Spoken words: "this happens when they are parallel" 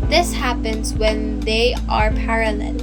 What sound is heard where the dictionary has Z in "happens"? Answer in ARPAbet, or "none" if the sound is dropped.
Z